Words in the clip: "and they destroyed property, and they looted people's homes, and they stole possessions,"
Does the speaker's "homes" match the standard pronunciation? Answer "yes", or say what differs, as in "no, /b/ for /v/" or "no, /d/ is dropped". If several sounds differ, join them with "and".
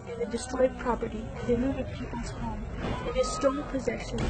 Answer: no, /z/ is dropped